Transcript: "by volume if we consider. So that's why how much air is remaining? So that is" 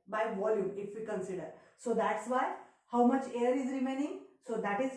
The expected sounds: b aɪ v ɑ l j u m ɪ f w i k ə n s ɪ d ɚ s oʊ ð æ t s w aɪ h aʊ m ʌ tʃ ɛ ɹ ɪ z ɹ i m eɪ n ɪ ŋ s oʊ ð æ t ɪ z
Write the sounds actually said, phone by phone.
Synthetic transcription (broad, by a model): b aɪ v ɑ l j u m ɪ f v i k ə n s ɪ d ɚ s oʊ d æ t s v aɪ h aʊ m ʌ tʃ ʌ ɹ ɪ z ɹ i m eɪ n ɪ ŋ s oʊ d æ t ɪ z